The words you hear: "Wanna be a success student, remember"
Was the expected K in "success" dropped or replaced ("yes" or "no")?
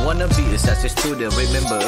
yes